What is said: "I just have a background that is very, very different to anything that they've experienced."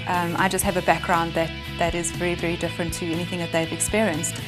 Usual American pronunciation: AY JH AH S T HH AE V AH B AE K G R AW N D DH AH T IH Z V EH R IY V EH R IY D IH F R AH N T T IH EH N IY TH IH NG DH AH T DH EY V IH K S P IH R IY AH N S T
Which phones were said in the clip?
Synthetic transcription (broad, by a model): AY JH AH S T HH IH V AH B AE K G R AW N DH DH AH T IH Z V EH R IY V EH R IY D IH F R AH N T T IH EH N IY TH IH NG DH AH T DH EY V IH K S P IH R IY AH N S T